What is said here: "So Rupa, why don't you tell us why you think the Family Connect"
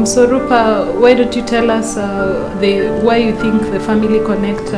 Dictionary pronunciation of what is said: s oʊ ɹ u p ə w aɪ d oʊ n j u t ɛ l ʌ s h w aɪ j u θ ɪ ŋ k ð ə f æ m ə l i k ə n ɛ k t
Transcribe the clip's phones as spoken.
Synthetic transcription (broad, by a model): s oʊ ɹ u p ə w aɪ d oʊ n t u t ɛ l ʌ s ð w aɪ j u θ ɪ ŋ k ð ə f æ m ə l i k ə n ɛ k t